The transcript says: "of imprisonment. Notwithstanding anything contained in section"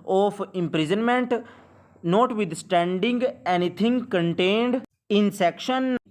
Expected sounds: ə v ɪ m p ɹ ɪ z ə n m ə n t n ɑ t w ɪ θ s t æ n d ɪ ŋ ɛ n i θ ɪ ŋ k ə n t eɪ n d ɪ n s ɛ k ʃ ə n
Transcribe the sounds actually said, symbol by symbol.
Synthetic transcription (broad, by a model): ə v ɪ m p ɹ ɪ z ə n m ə n t n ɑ t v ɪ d s t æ n d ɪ ŋ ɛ n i t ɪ ŋ k ə n t eɪ n d ɪ n s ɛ k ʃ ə n